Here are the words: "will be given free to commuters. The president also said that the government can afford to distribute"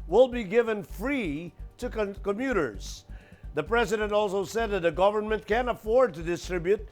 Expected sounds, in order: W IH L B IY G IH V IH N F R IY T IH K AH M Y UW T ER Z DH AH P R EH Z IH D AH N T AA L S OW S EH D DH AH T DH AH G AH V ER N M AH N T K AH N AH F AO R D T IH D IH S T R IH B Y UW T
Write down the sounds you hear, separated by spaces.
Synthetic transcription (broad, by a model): W IH L B IY G IH V IH N F R IY T IH K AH M Y UW T ER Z DH AH P R EH Z IH D AH N T AA L S OW S EH D DH AH T DH AH G AH V ER N M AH N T K AH N AH F AO R D T IH D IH S T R IH B Y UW T